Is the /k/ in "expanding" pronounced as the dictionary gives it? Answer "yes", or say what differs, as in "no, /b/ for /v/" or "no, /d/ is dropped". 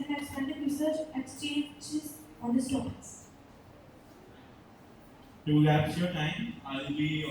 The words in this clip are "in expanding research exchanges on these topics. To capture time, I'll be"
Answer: no, /k/ is dropped